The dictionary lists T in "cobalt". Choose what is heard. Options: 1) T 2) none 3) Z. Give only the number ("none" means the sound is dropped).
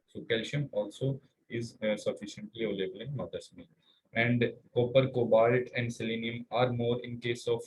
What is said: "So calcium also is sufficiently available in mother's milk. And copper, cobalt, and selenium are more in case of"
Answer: 1